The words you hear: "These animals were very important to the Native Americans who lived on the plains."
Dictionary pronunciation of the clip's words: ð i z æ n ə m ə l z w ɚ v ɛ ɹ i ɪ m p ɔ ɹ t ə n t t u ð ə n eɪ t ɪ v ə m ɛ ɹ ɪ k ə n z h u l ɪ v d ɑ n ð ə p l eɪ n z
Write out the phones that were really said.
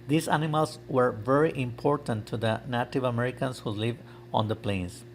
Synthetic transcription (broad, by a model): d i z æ n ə m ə l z w ɚ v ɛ ɹ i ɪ m p ɔ ɹ t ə n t t u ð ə n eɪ t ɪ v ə m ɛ ɹ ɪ k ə n s h u l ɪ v ɑ n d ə p l eɪ n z